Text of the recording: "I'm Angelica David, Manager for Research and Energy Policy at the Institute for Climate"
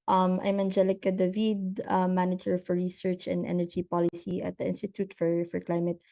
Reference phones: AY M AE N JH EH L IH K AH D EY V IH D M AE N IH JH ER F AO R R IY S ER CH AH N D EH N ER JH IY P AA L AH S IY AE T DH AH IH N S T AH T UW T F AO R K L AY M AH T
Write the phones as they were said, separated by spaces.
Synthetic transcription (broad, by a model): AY M AE N JH EH L IH K AH D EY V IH D M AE N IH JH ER F AO R R IY S ER CH AH N D EH N ER JH IY P AA L AH S IY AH T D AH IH N S T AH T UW T F AO R K L AY M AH T